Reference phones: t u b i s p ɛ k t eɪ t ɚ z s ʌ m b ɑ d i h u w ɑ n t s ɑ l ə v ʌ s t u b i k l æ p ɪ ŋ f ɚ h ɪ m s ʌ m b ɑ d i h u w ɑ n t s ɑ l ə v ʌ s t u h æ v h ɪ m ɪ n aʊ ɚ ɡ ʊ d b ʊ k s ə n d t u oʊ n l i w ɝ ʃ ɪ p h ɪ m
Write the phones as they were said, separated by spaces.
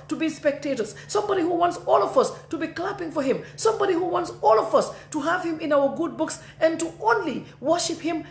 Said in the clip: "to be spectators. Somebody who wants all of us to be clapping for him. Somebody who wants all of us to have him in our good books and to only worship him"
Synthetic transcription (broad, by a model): t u b i s p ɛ k t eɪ t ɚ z s ʌ m b ɑ d i h u w ɑ n t s ɑ l ə v ʌ s t u b i k l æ p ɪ ŋ f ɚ h ɪ m s ʌ m b ɑ d i h u w ɑ n t s ɑ l ə v ʌ s t u h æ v h ɪ m ɪ n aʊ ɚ ɡ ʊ d b ʊ k s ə n t u oʊ n l i w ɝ ʃ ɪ p h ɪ m